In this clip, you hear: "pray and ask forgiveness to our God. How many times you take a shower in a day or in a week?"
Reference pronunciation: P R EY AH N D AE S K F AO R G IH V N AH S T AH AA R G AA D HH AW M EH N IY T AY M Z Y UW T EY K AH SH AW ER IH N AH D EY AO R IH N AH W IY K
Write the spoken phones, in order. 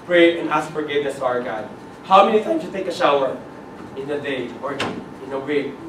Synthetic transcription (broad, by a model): P R EY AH N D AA S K F AO R G IH V N AH S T AA R G AA D HH AW M EH N IY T AY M S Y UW T EY K AH SH AW ER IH N AH D EY AO R IH N AH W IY